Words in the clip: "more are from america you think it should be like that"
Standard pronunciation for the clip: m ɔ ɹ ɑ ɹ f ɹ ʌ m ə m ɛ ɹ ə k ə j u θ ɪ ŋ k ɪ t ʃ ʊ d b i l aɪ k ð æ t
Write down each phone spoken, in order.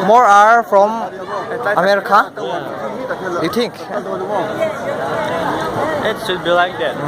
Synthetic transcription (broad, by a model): m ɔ ɹ ɑ ɹ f ɹ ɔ m ə m ɛ ɹ ə k ə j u t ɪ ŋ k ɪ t s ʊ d b i l aɪ k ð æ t